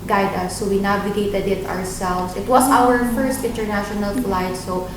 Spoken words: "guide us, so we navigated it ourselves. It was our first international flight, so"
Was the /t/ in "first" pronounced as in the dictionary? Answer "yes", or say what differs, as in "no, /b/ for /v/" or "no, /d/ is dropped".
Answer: yes